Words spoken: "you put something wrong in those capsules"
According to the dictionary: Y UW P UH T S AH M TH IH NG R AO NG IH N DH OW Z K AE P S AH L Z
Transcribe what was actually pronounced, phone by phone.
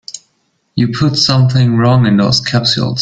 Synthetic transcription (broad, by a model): Y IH P UH T S AH M TH IH NG R AO NG IH N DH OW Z K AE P S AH L